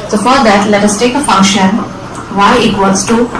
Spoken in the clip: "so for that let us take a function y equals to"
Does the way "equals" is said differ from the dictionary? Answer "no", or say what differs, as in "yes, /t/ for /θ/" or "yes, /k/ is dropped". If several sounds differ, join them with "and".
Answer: yes, /l/ is dropped